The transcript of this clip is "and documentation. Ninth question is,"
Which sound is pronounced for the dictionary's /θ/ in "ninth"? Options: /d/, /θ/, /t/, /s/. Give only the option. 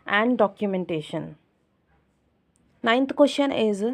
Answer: /t/